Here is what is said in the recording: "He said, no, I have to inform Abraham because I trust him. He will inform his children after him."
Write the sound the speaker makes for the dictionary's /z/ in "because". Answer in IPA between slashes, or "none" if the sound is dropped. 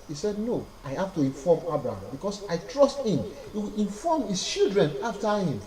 /s/